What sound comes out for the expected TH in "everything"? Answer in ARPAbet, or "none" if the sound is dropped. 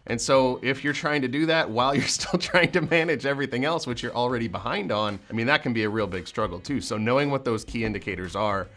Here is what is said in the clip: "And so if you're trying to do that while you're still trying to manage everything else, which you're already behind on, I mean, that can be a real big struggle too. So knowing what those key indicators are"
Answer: TH